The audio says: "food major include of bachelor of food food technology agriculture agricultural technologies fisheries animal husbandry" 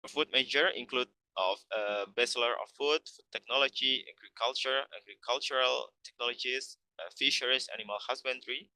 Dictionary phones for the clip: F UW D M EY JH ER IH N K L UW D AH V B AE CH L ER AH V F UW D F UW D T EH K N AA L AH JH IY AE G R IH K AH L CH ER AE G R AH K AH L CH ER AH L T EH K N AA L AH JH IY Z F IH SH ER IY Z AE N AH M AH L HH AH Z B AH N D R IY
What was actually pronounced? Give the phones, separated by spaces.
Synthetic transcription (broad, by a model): F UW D M EY JH ER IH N K L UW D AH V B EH S L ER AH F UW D F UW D T EH K N AA L AH JH IY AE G R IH K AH L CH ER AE G R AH K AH L CH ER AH L T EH K N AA L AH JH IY S F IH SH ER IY S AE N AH M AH L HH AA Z B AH N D R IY